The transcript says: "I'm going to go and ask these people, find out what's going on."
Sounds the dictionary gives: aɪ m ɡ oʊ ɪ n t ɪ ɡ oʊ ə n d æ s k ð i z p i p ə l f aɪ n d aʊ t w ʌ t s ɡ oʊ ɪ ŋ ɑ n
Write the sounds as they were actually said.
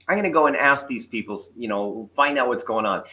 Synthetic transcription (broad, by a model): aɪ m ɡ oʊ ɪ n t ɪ ɡ oʊ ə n æ s k ð i z p i p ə n f aɪ n d aʊ t w ʌ t s ɡ oʊ ɪ ŋ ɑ n